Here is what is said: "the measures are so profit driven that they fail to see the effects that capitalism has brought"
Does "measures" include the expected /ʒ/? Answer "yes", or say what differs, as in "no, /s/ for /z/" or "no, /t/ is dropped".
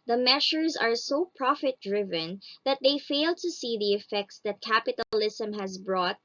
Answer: no, /ʃ/ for /ʒ/